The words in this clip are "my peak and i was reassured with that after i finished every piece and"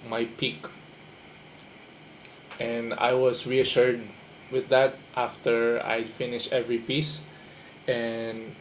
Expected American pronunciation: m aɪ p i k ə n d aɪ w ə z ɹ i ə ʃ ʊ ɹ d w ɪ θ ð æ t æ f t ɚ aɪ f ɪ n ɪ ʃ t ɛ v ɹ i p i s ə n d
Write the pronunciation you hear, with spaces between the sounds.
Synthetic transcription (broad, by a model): m aɪ p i k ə n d aɪ w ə s ɹ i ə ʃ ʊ ɹ d w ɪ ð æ t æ f t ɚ aɪ f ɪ n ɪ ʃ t ɛ v ɹ i p i s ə n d